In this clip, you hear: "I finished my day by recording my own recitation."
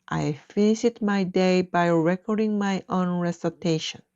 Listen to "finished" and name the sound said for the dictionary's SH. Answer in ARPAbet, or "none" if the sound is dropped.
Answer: none